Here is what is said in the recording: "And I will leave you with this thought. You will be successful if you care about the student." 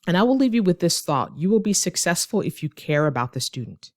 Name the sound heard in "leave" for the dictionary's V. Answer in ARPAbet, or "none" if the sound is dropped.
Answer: V